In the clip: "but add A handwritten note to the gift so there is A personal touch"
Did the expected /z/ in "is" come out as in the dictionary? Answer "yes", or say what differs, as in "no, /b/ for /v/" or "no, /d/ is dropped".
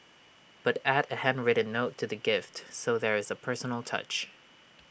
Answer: yes